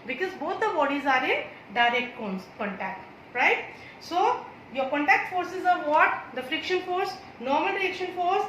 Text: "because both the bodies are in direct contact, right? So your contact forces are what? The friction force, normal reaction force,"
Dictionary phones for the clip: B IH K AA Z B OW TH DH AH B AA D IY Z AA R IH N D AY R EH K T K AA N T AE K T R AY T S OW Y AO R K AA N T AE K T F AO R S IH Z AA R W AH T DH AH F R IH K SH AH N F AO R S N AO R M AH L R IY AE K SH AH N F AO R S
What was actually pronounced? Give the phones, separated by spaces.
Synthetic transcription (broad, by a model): B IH K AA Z B OW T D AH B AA D IY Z AA R IH N D AY R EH K T K AA N T AE K T R AY T S OW Y AO R K AA N T AE K T F AO R S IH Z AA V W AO T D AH F R IH K SH AH N F AO R S N AO R M AH L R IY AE K SH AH N F AO R S